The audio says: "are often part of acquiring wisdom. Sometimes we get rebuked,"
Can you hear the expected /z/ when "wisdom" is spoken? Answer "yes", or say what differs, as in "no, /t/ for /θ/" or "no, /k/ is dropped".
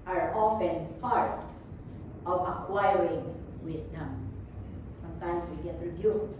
no, /s/ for /z/